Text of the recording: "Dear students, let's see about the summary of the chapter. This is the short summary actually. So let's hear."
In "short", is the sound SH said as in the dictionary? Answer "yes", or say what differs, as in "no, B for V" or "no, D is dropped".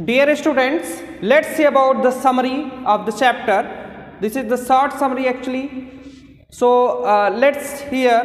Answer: no, S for SH